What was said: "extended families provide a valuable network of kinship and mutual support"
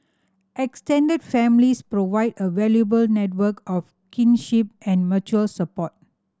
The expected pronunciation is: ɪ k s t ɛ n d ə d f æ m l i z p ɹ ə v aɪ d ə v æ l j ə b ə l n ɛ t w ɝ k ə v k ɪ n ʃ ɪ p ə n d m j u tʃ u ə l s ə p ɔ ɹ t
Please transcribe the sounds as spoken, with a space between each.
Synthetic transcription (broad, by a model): ɪ k s t ɛ n d ə d f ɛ m l i s p ɹ ə v aɪ d ə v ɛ l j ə b ə l n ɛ t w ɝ k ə f k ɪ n ʃ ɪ p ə n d m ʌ tʃ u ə l s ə p ɔ t